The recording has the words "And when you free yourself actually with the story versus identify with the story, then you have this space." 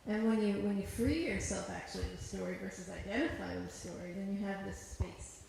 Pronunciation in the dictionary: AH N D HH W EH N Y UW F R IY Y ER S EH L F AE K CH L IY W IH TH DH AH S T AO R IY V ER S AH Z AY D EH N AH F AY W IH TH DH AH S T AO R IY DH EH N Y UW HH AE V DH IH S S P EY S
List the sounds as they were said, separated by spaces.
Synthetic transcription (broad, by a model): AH N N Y W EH N Y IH F R IY Y ER S EH L F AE K CH IY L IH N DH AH S T AO R IY V ER S AH Z AY D EH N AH F AY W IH DH AH S T AO R IY DH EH N Y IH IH V DH IH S S P EY S